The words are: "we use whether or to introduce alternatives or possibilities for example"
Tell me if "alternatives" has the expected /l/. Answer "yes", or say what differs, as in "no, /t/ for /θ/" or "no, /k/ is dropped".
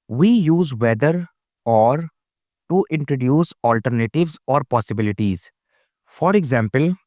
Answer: yes